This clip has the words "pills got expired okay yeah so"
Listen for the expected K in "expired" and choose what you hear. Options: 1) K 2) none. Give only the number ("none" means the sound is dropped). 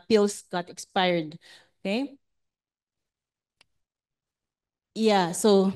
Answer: 1